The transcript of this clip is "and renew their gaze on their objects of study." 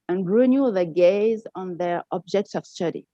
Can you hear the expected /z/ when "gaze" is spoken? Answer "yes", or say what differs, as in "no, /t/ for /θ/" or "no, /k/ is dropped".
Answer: yes